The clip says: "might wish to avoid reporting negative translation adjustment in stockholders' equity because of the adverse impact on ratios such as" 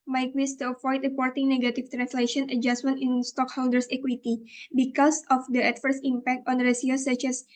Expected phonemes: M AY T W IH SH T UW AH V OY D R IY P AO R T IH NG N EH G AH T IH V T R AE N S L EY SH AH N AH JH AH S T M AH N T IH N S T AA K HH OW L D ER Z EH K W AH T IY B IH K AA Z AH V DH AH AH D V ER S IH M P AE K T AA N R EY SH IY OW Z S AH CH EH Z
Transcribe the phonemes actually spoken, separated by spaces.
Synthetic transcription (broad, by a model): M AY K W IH S T UW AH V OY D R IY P AO R T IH NG N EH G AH T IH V T R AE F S L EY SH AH N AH JH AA S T M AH N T IH N S T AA K HH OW L D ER S EH K W AH T IY B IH K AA S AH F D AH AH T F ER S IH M P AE K T AA N R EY S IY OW S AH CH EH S